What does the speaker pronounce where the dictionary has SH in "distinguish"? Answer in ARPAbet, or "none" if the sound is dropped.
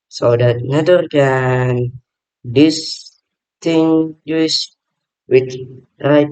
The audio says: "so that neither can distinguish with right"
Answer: S